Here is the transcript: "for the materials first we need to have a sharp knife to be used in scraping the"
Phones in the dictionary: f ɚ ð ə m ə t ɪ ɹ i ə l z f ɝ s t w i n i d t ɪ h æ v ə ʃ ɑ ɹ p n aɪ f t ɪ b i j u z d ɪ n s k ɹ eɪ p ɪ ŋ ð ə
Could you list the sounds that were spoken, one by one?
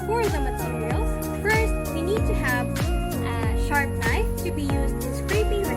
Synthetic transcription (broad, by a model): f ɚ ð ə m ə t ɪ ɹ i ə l f ɝ s t w i n i d t ɪ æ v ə ʃ ɑ ɹ p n aɪ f t ɪ b i j u z d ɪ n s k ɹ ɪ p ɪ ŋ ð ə